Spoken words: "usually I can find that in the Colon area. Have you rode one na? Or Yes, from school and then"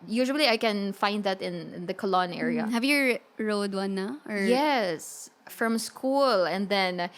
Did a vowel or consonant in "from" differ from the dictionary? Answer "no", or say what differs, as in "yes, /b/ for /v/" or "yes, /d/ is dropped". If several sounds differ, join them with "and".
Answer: no